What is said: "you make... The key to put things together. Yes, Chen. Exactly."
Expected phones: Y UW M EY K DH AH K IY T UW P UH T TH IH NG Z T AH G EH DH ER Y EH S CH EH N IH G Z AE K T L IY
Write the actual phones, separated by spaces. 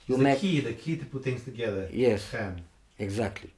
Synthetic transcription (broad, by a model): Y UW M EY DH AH K IY T UW P UH T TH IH NG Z T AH G EH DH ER Y EH S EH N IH G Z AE K T L IY